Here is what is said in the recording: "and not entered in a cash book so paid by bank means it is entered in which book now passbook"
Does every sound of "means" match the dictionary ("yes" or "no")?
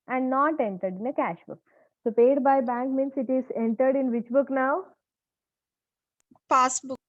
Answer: no